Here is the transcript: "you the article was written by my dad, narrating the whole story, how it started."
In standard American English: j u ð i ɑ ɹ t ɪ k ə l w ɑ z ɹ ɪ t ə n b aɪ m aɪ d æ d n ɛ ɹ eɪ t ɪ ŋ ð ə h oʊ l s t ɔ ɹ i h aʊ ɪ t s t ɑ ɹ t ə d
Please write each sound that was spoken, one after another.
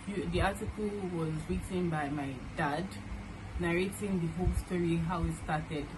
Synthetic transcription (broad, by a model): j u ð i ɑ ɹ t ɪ k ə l w ɑ z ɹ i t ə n b aɪ m aɪ d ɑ d n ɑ ɹ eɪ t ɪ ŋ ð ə h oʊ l s t ɔ ɹ i h aʊ ɪ t s t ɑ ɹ t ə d